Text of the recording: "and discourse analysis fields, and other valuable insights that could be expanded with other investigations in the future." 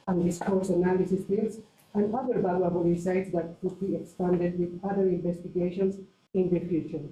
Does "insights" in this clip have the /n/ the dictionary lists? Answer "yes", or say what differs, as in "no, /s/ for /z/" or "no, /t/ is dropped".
no, /n/ is dropped